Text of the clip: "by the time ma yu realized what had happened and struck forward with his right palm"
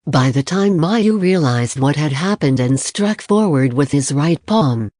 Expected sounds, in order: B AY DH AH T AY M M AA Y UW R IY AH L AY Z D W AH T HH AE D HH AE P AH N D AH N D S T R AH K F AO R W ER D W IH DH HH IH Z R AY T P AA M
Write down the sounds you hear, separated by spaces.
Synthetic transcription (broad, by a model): B AY DH AH T AY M M AA Y UW R IY AH L AY Z D W AH T HH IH D HH AE P AH N D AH N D S T R AH K F AO R W ER D W IH DH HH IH Z R AY T P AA M